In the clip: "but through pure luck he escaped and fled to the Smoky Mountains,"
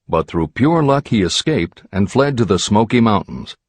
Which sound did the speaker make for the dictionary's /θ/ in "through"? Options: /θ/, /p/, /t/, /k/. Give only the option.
/θ/